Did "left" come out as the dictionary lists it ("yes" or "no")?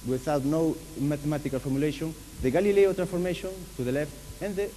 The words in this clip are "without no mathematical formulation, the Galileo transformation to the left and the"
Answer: yes